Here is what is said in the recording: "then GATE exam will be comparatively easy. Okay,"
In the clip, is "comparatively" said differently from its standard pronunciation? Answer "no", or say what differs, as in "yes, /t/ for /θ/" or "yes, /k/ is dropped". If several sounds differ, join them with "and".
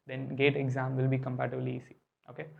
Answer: yes, /b/ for /v/